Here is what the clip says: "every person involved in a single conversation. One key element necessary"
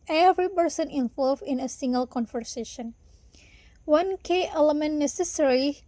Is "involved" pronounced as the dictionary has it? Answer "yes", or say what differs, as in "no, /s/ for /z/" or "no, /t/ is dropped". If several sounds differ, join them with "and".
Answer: no, /d/ is dropped